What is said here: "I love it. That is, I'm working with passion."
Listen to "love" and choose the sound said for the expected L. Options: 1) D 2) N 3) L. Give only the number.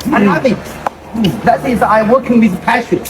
2